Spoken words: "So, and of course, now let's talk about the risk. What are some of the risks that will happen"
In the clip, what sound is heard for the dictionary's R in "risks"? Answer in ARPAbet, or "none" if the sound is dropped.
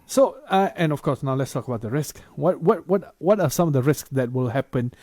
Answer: R